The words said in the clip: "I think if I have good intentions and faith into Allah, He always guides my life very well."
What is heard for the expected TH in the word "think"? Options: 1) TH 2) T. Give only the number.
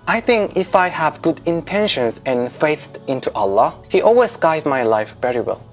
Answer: 1